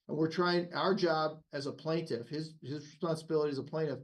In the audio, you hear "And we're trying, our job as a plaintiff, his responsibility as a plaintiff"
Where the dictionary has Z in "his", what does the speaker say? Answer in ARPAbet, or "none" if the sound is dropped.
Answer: Z